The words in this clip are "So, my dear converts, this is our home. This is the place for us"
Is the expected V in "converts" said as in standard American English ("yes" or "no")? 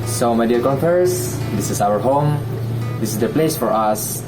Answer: no